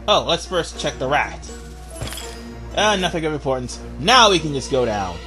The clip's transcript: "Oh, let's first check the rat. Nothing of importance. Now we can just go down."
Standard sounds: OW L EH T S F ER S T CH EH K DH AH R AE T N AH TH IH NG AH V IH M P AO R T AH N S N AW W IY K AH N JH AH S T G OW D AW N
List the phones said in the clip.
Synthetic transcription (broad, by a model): OW L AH T S F ER S CH EH K DH AH R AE T N AH TH IH NG AH V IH M P AO R T N S N AW W IY K AH N JH AH S G OW D AW N